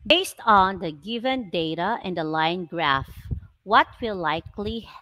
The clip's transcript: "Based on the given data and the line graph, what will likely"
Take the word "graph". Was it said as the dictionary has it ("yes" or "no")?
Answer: yes